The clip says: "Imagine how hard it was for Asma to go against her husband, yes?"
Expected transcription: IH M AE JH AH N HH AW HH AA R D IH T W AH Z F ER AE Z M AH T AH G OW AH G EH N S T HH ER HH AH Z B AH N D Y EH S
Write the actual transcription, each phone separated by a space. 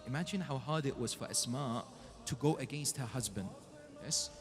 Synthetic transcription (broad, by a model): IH M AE JH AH N HH AW HH AA R D IH T W AH Z F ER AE S M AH T AH G OW AH G EH N S T HH ER HH AH Z B AH N D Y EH S